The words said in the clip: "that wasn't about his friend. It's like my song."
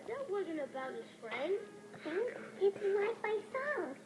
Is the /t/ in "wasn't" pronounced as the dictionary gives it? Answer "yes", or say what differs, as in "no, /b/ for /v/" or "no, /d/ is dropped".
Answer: yes